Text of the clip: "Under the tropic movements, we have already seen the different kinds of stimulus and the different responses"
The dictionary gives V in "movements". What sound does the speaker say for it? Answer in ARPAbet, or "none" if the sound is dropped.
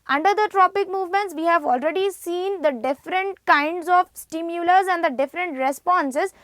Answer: V